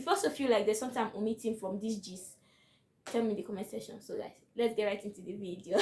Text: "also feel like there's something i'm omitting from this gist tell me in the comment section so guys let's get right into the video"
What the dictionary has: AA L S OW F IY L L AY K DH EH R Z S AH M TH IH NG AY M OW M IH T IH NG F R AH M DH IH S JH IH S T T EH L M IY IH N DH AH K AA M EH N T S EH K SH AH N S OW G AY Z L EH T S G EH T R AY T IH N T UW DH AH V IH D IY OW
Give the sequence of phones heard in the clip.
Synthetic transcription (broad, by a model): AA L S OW F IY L L AY K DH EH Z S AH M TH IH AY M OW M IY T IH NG F R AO M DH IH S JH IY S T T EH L M IY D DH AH K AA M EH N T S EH SH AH N S OW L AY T L EH T S G EH T R AY T IH N T UW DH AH V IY D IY OW